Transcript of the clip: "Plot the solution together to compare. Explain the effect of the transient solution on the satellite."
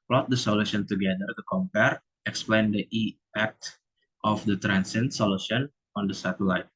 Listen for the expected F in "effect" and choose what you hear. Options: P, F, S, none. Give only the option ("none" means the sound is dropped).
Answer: none